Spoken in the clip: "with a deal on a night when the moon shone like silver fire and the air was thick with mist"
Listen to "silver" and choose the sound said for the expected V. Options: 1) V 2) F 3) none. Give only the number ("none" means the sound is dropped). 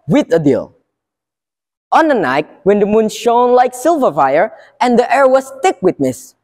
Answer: 1